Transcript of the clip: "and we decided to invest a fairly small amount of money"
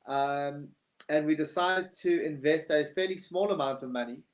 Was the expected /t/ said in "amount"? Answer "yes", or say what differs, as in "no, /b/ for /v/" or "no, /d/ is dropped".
yes